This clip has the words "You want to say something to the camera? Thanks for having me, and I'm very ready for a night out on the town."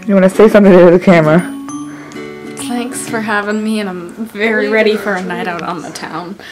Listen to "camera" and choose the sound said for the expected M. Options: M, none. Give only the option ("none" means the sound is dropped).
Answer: M